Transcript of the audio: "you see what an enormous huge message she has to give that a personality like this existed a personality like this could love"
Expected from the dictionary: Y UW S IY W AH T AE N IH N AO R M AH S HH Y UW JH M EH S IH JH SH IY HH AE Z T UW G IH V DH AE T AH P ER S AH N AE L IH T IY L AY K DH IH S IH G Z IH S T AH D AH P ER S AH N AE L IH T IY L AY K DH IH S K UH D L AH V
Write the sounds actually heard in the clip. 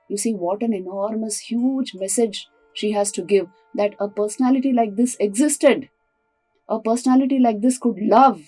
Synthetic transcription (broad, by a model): Y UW S IY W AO T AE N IH N AO R M AH S HH Y UW JH M EH S IH JH SH IY HH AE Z T UW G IH V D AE T AH P ER S AH N AE L IH T IY L AY K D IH S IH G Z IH S T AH D AH P ER S AH N AE L IH T IY L AY K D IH S K UH D L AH V